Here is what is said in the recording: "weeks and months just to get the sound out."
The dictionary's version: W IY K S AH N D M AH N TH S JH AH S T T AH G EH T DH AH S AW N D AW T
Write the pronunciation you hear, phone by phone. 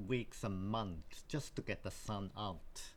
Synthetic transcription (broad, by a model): W IY K S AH M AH N TH JH AH S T T AH G EH T DH AH S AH N AW T